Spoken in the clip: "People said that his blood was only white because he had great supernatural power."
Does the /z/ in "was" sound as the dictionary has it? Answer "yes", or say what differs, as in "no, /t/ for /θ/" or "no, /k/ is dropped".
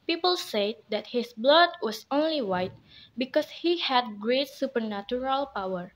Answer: no, /s/ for /z/